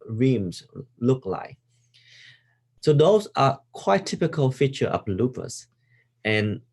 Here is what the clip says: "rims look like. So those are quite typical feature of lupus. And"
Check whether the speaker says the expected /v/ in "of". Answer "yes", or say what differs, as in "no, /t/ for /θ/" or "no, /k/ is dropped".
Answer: no, /p/ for /v/